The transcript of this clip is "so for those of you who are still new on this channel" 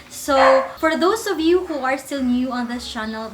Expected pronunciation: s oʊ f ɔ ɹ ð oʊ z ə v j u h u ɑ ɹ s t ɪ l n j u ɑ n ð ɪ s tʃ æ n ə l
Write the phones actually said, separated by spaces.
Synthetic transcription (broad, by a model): s oʊ f ɔ ɹ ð oʊ s ə v j u h u ɑ ɹ s t ɪ l n j u ɑ n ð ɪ s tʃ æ n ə l